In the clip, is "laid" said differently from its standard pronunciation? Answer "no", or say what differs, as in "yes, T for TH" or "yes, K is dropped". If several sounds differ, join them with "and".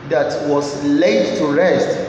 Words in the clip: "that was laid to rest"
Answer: no